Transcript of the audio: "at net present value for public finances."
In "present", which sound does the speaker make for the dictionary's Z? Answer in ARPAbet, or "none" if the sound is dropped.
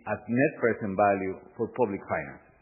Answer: S